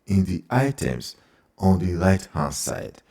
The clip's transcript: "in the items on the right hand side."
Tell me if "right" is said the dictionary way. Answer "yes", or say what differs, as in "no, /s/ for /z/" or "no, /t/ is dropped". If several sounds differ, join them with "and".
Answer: no, /l/ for /ɹ/